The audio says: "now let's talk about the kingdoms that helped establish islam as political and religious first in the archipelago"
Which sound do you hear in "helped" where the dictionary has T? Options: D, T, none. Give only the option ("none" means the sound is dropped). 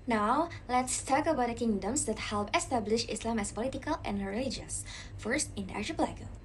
none